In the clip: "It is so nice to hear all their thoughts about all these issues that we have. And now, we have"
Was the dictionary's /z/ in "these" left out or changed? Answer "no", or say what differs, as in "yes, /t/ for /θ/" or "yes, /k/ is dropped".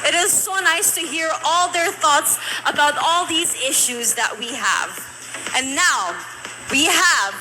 no